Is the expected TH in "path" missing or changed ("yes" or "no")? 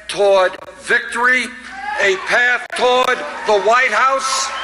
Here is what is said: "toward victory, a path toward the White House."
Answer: no